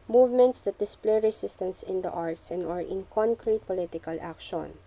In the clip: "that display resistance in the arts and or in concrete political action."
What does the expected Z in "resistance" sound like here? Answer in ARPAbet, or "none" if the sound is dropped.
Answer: S